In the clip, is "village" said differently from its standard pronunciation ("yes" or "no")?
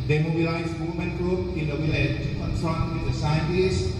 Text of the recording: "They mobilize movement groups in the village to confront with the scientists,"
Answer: yes